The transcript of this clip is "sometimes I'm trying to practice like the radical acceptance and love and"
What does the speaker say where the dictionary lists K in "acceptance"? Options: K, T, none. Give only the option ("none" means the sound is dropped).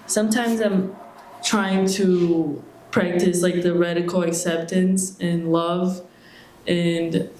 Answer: K